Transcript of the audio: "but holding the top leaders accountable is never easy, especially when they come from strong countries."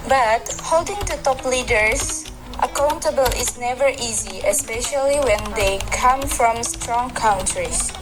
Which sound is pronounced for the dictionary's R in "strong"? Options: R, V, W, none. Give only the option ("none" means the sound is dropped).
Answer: R